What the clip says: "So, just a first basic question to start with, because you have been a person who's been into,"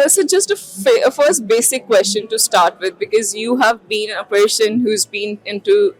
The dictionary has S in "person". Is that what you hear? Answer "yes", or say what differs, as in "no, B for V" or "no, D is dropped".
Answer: no, SH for S